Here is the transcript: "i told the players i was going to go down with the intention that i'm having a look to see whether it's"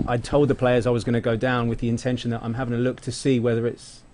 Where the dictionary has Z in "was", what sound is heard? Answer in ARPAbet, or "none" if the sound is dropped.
Z